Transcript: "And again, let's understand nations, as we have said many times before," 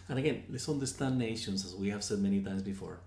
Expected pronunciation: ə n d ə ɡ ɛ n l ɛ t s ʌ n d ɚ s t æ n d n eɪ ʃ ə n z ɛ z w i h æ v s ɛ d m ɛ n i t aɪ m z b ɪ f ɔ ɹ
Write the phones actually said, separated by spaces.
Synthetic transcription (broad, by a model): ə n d ə ɡ ɛ n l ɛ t s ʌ n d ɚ s t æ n n eɪ ʃ ə n z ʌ z w i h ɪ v s ɛ d m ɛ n i t aɪ m z b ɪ f ɔ ɹ